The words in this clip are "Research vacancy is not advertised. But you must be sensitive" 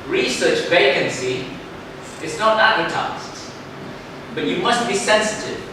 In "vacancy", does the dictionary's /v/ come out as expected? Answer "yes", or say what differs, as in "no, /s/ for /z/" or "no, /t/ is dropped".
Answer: yes